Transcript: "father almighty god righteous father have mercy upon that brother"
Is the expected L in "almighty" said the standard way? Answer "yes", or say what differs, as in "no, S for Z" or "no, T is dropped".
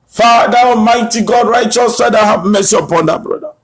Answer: no, L is dropped